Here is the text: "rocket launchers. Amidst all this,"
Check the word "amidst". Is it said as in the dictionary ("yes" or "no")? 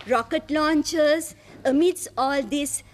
no